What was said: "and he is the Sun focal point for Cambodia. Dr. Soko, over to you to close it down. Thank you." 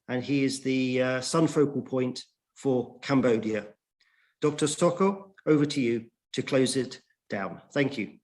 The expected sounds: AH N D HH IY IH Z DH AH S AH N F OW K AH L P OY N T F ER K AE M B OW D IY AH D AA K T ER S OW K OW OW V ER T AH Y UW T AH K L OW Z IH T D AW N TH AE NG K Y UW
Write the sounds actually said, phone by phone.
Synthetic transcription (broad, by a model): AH N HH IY IH Z DH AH S AH N F OW K AH L P OY N T F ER K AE M B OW D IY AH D AA K T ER S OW K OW OW V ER T AH Y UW T AH K L OW Z IH T D AW N TH AE NG K Y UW